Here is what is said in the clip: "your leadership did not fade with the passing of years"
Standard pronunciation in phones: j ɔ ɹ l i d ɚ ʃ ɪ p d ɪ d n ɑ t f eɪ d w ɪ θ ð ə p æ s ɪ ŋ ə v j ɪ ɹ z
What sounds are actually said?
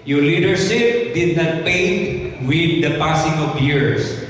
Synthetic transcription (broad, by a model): j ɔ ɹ l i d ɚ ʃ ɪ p d ɪ d n ɑ t p eɪ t w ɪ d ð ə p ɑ s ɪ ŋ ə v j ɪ ɹ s